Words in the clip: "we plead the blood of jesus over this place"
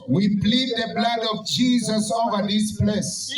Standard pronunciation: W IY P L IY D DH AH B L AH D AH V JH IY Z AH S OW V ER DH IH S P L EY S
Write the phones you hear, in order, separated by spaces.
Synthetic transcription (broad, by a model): W IY B L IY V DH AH B L AH D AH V JH IY Z AH S OW V ER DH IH S P L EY S